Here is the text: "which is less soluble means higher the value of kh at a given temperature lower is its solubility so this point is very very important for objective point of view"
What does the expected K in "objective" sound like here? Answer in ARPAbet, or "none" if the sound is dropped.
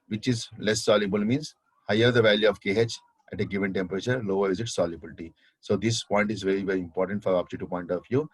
none